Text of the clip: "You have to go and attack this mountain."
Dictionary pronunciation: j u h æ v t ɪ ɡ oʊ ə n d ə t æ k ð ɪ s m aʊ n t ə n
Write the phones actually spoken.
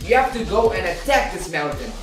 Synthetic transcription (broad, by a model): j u h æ f t ɪ ɡ oʊ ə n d ə t æ k ð ɪ s m aʊ n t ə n